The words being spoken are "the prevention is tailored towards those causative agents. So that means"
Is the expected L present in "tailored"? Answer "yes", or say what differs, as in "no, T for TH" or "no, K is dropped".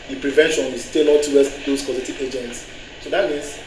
no, N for L